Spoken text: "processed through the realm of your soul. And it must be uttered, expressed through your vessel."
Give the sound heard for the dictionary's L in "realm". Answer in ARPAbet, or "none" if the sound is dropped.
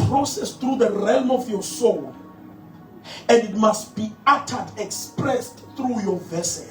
L